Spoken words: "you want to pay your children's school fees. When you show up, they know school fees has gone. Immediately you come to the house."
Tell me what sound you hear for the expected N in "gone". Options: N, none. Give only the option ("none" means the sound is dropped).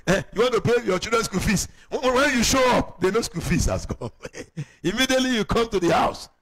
none